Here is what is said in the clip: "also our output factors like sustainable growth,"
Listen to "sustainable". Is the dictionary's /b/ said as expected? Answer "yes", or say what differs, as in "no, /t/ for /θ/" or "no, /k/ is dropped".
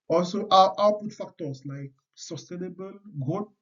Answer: yes